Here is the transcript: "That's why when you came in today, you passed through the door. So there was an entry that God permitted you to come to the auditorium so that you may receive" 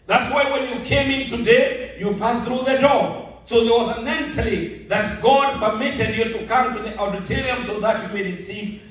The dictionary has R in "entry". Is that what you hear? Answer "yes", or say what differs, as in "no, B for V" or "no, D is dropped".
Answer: no, L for R